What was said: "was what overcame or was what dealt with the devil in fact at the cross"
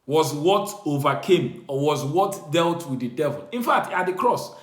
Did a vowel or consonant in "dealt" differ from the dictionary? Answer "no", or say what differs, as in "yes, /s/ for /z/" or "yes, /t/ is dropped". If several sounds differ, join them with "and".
no